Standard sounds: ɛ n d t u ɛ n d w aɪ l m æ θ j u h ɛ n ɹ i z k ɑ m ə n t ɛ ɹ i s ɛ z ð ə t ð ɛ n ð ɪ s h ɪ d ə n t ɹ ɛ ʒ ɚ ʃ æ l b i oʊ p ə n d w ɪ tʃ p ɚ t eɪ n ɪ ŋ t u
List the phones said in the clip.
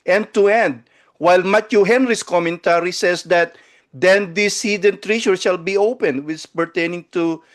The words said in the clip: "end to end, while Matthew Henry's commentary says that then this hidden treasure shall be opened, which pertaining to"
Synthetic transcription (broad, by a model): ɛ n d t u ɛ n d w aɪ l m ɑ t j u h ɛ n ɹ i s k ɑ m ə n t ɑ ɹ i s ɛ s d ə t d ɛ n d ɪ s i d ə n t ɹ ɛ ʃ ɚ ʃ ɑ l b i oʊ p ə n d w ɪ s p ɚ t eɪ n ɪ ŋ t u